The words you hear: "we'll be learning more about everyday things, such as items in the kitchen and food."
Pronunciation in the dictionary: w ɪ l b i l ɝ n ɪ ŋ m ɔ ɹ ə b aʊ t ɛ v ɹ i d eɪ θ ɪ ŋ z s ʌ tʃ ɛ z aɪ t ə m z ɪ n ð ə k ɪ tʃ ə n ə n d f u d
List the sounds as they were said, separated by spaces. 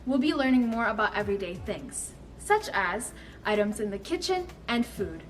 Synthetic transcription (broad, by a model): w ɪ l b i l ɝ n ɪ ŋ m ɔ ɹ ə b aʊ t ɛ v ɹ i d eɪ θ ɪ ŋ z s ʌ tʃ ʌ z aɪ t ə m z ɪ n ð ə k ɪ tʃ ə n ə n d f u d